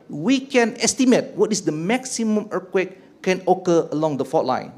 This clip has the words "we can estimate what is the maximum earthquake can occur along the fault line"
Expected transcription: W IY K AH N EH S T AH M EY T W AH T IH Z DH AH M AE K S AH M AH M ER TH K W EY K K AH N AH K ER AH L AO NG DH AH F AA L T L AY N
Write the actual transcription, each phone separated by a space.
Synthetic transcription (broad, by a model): W IY K AH N EH S T AH M EY T W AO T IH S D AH M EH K S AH M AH M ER K W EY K K AH N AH K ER AH L AO NG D AH F AA T L AY N